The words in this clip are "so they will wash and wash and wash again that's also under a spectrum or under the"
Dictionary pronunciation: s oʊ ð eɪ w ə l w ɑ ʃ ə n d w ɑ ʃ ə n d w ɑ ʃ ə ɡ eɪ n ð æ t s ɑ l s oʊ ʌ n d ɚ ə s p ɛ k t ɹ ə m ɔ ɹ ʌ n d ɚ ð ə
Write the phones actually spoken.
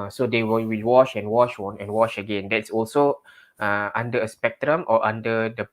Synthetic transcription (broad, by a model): s oʊ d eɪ w ə l w ɑ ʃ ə n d w ɑ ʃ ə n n w ɑ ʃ ə ɡ eɪ n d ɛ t s ɑ l s oʊ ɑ n d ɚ ə s p ɛ k t ɹ ə m ɔ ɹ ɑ n d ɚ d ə